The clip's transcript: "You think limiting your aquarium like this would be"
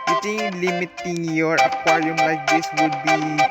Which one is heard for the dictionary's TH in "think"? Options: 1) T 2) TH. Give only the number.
1